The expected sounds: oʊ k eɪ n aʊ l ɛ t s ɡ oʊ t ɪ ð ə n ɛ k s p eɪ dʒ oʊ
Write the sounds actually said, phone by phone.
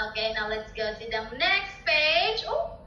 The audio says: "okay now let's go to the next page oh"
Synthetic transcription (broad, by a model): oʊ k eɪ n aʊ l ɛ t s ɡ oʊ t ɪ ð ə n ɛ k s p eɪ dʒ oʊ